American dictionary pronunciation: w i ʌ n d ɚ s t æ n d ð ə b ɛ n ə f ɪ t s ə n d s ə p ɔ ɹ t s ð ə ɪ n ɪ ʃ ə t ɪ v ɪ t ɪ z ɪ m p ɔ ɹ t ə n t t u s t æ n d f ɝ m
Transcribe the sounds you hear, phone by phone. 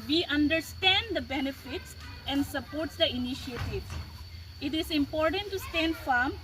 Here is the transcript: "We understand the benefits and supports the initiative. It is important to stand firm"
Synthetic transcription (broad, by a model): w i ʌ n d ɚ s t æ n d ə b ɛ n ə f ɪ t s ə n d s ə p ɔ ɹ t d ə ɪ n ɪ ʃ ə t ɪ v ɪ t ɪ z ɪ m p ɔ ɹ t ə n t t u s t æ n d f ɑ m